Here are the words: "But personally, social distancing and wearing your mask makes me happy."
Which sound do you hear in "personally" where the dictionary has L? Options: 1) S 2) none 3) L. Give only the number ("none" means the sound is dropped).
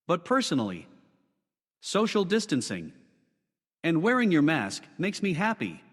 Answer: 3